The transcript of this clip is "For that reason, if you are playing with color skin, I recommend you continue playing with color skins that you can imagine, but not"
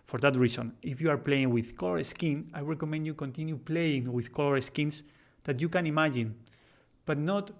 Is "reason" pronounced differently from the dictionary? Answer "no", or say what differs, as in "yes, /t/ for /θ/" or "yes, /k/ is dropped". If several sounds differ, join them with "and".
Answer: yes, /s/ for /z/